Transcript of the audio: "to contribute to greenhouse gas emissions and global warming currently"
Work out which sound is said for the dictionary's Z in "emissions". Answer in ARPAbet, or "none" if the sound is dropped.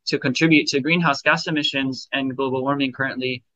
Z